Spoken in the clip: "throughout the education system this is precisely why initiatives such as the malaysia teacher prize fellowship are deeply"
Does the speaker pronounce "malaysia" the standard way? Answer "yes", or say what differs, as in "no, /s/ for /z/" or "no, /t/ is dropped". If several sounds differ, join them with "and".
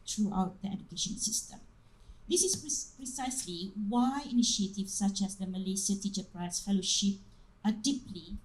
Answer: no, /s/ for /ʒ/